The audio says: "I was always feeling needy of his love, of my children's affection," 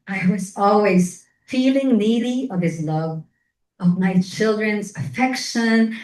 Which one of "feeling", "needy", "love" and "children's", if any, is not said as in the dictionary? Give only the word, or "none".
none